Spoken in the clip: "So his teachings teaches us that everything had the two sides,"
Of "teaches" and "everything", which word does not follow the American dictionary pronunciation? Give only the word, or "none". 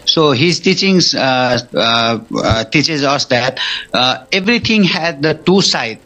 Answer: everything